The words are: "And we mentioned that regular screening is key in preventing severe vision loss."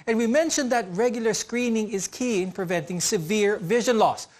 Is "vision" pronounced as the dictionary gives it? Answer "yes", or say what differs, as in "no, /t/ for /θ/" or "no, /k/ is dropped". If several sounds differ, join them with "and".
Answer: yes